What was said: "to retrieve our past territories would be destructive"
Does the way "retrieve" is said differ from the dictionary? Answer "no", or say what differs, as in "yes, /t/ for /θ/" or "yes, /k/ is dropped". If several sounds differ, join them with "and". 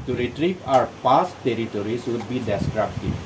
yes, /p/ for /v/